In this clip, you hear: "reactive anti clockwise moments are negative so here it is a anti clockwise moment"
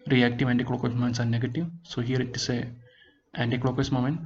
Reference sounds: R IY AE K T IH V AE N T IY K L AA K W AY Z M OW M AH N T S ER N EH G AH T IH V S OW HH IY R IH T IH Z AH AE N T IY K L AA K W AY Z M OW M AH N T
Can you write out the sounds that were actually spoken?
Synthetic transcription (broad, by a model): R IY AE K T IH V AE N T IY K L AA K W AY S M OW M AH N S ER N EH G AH T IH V S OW HH IY R IH T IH S AH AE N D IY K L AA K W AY S M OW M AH N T